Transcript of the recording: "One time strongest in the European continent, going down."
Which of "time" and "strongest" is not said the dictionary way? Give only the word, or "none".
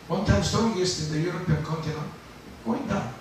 strongest